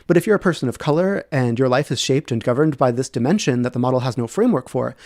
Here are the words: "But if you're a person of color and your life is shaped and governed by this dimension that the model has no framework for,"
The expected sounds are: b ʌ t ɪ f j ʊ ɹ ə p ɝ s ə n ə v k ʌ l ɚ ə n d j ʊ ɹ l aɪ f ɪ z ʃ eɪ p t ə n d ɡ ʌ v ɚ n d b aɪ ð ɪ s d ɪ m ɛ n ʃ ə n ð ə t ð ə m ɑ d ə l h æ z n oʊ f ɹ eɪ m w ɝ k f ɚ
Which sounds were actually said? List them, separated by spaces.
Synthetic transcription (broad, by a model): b ʌ t ɪ f j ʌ ɹ ə p ɝ s ə n ə v k ʌ l ɚ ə n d j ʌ ɹ l aɪ f ɪ z ʃ eɪ p t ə n ɡ ʌ v ɚ n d b aɪ ð ɪ s d ɪ m ɛ n ʃ ə n ð ə t ð ə m ɑ d l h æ z n oʊ f ɹ eɪ m w ɝ k f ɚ